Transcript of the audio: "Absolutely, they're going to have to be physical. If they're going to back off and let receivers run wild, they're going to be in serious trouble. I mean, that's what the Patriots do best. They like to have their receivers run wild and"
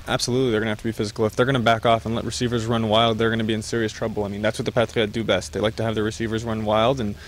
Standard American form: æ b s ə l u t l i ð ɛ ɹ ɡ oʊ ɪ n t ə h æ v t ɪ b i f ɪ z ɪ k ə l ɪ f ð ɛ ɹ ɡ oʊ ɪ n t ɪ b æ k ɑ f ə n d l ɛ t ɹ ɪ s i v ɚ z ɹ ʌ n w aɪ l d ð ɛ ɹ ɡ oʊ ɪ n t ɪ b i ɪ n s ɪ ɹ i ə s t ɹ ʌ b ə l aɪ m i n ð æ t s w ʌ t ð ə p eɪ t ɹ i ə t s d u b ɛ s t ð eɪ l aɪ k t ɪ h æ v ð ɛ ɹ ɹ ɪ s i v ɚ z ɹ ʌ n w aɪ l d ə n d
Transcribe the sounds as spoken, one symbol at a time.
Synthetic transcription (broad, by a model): æ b s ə l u t l i ð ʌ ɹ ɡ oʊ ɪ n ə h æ f t ɪ b i f ɪ z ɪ k l ɪ f ð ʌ ɹ ɡ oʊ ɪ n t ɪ b æ k ɑ f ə n l ɛ t ɹ ɪ s i v ɚ z ɹ ʌ n w aɪ l d ð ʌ ɹ ɡ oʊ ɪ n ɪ b i ɪ n s ɪ ɹ i ə s t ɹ ʌ b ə l aɪ m i n ð æ t s w ʌ t ð ə p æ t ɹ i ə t d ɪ b ɛ s t ð eɪ l aɪ k t ɪ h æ v ð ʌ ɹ ɹ ɪ s i v ɚ z ɹ ʌ n w aɪ l d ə n